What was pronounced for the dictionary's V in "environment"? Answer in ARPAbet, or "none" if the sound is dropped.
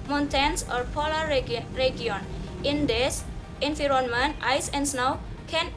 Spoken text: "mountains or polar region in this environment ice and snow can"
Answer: F